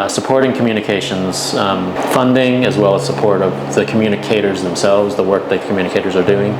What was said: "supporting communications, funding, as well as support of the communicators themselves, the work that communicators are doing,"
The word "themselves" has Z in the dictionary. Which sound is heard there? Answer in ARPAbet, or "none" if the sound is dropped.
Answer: Z